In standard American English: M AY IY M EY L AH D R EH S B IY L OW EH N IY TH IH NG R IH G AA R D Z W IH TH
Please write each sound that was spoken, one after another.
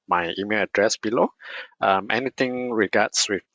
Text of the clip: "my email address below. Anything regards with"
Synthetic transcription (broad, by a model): M AY IY M EY L AH D R EH S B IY L OW EH N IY T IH NG R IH G AA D S W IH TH